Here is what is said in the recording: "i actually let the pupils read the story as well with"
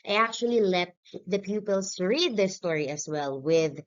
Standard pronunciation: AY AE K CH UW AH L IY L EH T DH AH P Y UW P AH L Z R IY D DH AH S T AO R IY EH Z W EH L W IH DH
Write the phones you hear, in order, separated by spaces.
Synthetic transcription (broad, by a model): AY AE K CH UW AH L IY L EH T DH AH P Y UW P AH L S R IY D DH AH S T AO R IY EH S W EH L W IH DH